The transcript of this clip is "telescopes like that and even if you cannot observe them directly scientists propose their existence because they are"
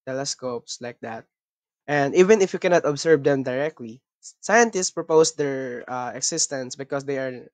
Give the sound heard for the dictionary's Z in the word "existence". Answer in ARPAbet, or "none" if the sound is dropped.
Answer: S